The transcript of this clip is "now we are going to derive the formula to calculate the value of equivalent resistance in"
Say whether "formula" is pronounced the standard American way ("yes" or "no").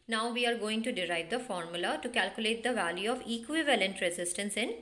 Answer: yes